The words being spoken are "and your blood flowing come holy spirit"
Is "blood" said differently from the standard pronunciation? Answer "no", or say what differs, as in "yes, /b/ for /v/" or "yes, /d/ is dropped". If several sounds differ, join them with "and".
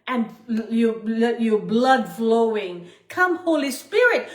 no